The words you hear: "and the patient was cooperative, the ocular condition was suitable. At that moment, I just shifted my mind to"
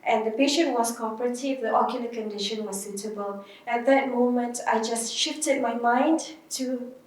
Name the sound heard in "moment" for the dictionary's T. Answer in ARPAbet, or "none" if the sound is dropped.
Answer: T